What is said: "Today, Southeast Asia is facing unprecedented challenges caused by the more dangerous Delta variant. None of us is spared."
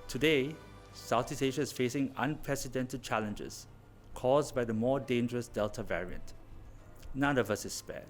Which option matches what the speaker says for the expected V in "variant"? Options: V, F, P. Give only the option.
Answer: V